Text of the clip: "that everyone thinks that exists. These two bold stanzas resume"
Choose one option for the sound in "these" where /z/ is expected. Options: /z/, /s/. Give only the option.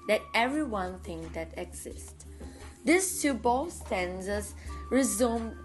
/s/